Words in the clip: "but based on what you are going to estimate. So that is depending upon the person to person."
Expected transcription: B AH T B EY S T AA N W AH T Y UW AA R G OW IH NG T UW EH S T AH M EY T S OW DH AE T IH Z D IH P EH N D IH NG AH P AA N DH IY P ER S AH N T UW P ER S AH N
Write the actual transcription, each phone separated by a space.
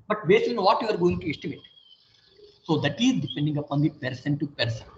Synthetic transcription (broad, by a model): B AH T B EY S IY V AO T Y UW AA R G OW IH NG T UW EH S T AH M EY T S OW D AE T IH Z D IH P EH N D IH NG AH P AA N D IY P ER S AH N T UW P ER S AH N